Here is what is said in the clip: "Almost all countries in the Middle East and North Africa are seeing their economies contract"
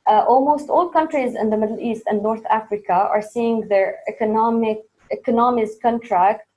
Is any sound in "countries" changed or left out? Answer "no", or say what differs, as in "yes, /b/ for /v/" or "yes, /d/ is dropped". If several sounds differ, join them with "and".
no